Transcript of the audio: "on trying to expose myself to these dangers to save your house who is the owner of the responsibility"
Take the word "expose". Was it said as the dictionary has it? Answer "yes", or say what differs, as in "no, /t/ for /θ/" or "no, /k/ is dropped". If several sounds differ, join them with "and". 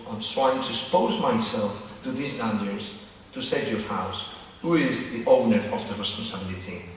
no, /k/ is dropped